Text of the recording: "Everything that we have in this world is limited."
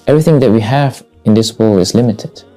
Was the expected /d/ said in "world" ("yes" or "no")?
no